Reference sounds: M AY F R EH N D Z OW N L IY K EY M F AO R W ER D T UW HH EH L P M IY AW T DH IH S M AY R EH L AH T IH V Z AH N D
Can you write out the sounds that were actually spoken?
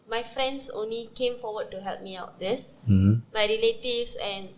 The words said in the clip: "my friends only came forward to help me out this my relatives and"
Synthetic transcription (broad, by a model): M AY F R EH N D S OW N L IY K EY M F AO W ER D T UW HH EH L P M IY AW T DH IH S M AY R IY L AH T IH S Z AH N